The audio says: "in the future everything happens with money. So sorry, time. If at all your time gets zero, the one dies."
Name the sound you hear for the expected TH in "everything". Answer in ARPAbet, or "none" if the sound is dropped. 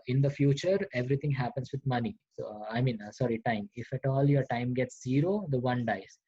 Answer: T